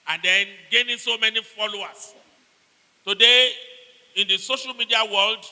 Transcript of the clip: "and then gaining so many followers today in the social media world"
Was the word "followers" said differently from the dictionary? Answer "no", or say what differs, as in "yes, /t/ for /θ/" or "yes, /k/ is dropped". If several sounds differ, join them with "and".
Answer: yes, /s/ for /z/